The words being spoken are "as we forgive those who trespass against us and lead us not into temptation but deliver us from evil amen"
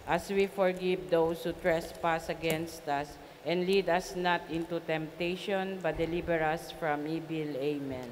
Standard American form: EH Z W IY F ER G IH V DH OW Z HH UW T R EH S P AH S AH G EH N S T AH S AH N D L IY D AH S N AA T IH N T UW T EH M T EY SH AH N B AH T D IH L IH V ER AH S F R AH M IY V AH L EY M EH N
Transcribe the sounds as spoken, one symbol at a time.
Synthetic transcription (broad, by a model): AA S W IY F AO G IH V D OW S HH UW T R EH S P AH S AH G EH N S T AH S AH N D L IY D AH S N AA T IH N T UW T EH M T EY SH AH N B AH T D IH L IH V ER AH S F R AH M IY B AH L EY M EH N